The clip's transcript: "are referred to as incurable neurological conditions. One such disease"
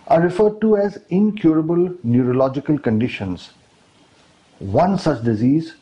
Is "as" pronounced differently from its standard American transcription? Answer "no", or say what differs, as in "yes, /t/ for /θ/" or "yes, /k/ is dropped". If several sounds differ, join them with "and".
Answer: no